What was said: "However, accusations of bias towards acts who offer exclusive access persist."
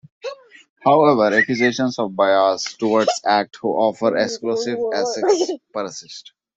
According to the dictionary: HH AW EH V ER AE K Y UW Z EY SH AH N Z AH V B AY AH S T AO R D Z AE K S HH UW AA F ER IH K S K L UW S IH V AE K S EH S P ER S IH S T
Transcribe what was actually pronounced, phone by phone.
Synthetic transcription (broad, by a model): HH AW EH V ER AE K Y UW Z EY SH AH N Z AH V B AY AH S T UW R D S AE K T HH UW AA F ER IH K S K L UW S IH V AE S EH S P ER S IH S T